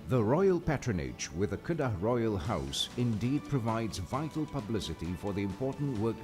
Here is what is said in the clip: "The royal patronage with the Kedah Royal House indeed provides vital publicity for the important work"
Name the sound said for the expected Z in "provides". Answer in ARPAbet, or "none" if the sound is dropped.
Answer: Z